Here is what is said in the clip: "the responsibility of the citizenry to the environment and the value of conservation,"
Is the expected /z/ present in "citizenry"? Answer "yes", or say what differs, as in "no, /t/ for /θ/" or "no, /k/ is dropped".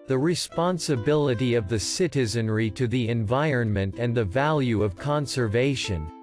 yes